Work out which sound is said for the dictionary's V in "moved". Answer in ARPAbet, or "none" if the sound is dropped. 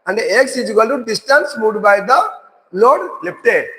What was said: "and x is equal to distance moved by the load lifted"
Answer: none